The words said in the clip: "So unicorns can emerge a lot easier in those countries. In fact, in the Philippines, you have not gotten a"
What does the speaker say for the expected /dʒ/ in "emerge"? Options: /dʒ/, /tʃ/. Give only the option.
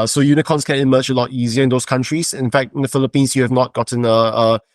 /tʃ/